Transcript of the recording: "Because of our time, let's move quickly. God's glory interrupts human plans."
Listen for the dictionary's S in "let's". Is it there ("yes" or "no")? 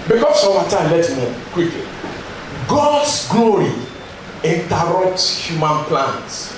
no